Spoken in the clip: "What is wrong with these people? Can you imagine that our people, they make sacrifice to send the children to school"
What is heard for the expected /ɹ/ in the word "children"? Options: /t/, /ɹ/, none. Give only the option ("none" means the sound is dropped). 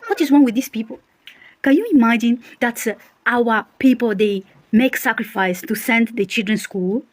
/ɹ/